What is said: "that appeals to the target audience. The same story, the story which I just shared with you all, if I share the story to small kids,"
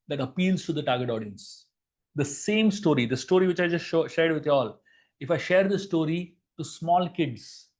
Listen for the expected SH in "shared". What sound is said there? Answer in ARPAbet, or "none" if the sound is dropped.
SH